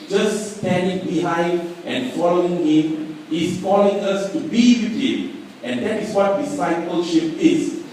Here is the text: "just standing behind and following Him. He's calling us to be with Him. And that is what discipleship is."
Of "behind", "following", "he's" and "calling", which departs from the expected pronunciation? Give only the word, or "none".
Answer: he's